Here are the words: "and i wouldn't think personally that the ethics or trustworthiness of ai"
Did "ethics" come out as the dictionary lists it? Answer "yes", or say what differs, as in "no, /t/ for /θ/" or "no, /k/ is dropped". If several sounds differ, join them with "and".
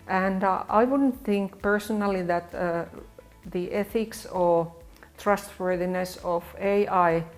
yes